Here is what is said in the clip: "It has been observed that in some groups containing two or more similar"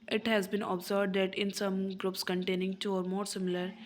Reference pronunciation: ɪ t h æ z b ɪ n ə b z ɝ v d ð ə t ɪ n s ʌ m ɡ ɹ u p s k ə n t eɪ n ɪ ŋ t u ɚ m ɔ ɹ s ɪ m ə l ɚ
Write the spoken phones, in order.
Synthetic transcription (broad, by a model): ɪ t h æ z b ɪ n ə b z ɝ b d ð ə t ɪ n s ʌ m ɡ ɹ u p s k ə n t eɪ n ɪ ŋ t u ɚ m ɔ ɹ s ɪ m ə l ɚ